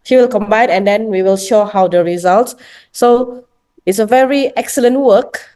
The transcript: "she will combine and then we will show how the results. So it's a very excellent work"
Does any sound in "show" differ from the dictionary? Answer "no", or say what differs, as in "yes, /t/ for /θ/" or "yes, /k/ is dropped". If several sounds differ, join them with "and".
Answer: no